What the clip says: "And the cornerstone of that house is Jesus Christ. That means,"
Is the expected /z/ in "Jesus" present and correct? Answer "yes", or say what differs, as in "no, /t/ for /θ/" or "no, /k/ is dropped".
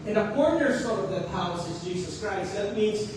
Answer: yes